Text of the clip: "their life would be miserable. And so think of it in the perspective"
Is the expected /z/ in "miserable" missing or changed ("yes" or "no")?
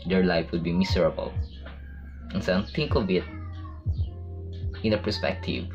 yes